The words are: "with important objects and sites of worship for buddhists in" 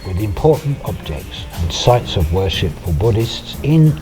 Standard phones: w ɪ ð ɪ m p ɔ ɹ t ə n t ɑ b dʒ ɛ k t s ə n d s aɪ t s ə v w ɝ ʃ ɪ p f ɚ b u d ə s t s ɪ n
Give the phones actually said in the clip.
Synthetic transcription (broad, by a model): w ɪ ð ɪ m p ɔ ɹ t n t ɑ b dʒ ɛ k t s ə n s aɪ t s ə v w ɝ ʃ ɪ p f ɚ b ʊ d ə s t s ɪ n